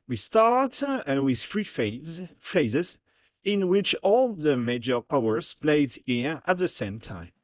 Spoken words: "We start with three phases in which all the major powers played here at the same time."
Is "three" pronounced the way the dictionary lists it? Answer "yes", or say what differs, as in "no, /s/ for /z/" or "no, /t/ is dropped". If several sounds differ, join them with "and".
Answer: no, /f/ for /θ/